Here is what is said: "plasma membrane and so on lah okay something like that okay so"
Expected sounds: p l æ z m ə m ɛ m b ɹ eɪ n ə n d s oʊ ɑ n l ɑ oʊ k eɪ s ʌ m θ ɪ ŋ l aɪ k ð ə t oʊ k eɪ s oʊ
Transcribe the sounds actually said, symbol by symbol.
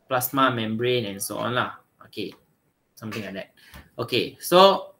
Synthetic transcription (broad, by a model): p l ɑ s m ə m ɛ m b ɹ eɪ n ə n s oʊ ɑ n l ɑ oʊ k eɪ s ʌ m t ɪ ŋ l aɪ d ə t oʊ k eɪ s oʊ